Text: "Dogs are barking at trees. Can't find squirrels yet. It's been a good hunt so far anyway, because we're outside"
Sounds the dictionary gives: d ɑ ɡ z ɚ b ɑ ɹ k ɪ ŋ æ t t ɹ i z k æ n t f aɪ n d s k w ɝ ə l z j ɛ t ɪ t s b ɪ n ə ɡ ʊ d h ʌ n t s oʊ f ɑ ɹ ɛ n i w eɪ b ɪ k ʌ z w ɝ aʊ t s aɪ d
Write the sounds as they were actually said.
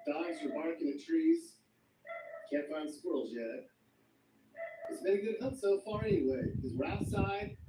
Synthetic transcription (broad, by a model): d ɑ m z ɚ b ɑ ɹ k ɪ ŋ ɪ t t ɹ i z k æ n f aɪ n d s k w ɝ l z j ɛ t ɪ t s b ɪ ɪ ə ɡ ʊ d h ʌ t s oʊ f ɑ ɹ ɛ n i w eɪ ɪ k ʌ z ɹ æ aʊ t s aɪ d